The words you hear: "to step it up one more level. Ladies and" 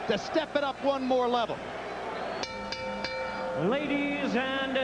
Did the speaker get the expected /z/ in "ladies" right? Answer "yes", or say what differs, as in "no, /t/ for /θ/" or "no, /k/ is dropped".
yes